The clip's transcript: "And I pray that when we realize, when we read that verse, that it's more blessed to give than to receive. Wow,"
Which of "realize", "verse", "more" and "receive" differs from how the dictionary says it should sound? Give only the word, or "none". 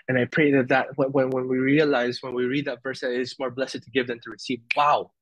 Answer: none